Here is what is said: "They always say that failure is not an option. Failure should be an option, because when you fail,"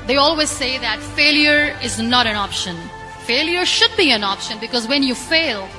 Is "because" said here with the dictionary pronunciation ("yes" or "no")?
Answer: yes